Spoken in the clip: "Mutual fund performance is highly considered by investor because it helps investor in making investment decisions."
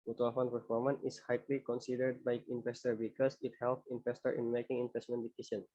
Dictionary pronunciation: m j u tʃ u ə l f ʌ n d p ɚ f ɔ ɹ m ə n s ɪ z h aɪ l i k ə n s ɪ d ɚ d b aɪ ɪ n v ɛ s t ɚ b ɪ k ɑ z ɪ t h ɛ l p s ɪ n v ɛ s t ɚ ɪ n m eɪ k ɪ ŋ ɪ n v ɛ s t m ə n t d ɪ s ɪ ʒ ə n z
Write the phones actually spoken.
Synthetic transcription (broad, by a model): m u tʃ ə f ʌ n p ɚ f ɔ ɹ m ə n ɪ s h aɪ l i k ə n s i d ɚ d b aɪ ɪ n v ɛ s t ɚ b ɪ k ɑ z ɪ t h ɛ l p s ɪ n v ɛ s t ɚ ɪ n m eɪ k ɪ ŋ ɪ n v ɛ s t m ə n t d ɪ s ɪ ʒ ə n